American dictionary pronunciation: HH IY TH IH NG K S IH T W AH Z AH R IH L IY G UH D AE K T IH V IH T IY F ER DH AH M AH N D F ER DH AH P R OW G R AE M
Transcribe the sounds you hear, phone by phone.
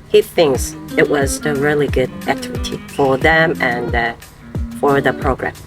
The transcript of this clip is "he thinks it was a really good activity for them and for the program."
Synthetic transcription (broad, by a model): HH IY TH IH NG K S IH T W AH Z AH R IH L IY G UH D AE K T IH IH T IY F ER DH AH M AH N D F ER DH AH P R OW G R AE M